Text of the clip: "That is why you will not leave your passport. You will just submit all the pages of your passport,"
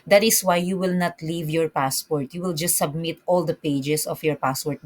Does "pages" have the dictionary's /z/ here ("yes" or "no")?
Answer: no